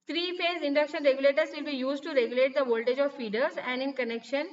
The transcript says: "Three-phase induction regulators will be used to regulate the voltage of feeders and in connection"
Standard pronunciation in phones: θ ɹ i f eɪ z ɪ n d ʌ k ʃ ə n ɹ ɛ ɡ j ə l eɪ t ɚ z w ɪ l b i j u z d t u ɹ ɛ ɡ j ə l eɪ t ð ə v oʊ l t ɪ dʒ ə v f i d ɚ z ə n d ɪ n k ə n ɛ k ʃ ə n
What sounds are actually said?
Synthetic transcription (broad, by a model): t ɹ i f eɪ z ɪ n d ʌ k ʃ ə n ɹ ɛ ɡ j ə l eɪ t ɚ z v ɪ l b i j u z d t u ɹ ɛ ɡ j ə l eɪ t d ə v oʊ l t ɪ dʒ ə v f i d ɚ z ə n d ɪ n k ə n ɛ k ʃ ə n